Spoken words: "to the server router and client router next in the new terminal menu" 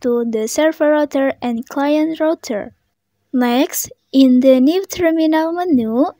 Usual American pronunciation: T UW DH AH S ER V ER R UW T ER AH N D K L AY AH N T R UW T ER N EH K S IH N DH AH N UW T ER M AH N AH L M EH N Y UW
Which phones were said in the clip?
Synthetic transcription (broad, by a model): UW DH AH S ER F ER R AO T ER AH N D K L AY AH N T R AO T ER L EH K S IH N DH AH N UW T ER M AH N AH L M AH N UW